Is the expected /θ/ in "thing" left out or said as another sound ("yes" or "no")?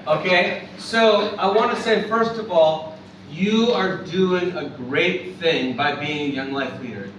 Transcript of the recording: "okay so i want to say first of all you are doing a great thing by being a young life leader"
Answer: no